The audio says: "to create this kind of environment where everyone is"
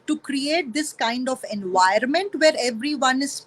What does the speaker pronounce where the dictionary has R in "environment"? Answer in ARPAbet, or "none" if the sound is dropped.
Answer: none